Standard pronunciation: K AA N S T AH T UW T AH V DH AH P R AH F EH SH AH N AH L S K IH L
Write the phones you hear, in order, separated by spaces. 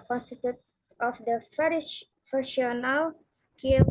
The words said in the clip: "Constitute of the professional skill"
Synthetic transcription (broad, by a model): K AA N S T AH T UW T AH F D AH F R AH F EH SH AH N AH L S K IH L